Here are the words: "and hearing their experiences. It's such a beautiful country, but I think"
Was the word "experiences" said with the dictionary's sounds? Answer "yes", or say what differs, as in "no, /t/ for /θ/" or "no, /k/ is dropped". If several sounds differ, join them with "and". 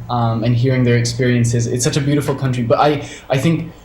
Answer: yes